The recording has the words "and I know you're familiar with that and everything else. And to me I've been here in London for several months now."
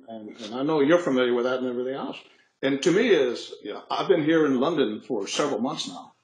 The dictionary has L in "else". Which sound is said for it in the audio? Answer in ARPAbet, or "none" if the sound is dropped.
none